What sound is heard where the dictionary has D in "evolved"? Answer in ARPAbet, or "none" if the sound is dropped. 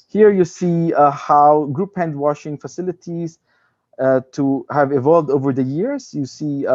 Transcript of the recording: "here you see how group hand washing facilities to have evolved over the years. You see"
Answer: D